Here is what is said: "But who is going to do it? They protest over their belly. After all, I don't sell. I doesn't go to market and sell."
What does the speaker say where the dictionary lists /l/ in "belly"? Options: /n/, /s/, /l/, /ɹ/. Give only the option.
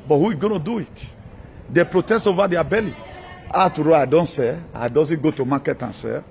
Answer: /l/